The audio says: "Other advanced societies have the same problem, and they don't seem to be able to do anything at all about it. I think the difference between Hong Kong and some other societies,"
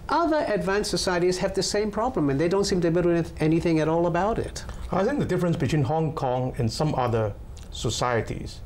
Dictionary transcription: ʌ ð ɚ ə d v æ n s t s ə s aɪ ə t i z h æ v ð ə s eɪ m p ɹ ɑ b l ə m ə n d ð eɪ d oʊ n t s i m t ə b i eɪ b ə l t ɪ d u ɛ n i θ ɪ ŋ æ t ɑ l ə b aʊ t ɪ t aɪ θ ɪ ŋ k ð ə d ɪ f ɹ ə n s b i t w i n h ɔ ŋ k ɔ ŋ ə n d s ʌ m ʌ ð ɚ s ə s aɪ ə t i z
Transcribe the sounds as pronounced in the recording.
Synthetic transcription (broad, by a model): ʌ ð ɚ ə d v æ n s s ə s aɪ ə t i z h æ v ð ə s eɪ m p ɹ ɑ b l ə m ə n ð eɪ d oʊ n t s i m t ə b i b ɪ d ɛ n i θ ɪ ŋ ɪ t ɑ l ə b aʊ t ɪ t aɪ θ ɪ ŋ k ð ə d ɪ f ɹ ə n s b i t w i n h ɔ ŋ k ɔ ŋ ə n s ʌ m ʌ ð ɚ s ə s aɪ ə t i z